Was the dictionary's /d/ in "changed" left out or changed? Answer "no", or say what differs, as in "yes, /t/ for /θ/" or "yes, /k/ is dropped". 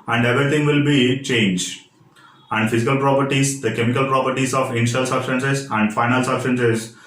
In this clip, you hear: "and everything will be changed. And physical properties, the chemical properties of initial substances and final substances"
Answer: yes, /d/ is dropped